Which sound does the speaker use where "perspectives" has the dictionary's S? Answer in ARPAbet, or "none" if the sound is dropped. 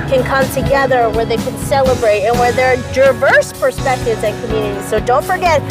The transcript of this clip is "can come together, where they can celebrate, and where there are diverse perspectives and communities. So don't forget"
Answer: S